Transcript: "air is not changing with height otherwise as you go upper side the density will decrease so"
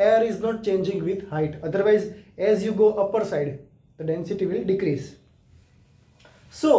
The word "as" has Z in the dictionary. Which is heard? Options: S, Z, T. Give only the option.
Z